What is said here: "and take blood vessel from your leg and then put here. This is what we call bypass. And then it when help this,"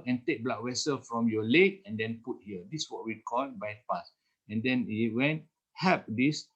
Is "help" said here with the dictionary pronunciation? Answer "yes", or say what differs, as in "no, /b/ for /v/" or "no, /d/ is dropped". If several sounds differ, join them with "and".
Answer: no, /l/ is dropped